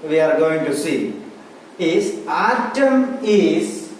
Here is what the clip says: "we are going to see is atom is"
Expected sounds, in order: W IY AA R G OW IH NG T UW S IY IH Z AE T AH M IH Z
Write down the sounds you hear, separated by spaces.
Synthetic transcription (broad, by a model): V IY AA R G OW IH NG T UW S IY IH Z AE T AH M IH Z